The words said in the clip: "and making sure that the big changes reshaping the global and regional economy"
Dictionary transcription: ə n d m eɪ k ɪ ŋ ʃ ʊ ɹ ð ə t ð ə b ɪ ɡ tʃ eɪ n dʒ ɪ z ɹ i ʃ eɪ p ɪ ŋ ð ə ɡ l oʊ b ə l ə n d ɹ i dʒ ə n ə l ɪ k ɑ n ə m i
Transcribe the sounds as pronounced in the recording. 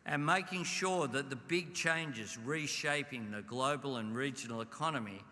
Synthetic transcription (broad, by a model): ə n m eɪ k ɪ ŋ ʃ ʊ ɹ ð ə t ð ə b ɪ ɡ tʃ eɪ n dʒ ɪ z ɹ i ʃ eɪ p ɪ ŋ ð ə ɡ l oʊ b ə l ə n ɹ i dʒ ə n l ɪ k ɑ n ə m i